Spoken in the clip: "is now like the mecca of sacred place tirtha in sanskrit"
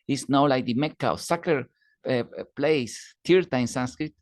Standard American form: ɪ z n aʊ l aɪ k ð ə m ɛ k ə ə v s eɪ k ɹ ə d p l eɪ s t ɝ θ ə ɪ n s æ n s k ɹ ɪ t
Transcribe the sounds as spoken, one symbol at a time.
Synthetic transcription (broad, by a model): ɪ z n aʊ l aɪ k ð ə m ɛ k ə w s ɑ k ə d p l eɪ s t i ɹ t ɪ n s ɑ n s k ɹ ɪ t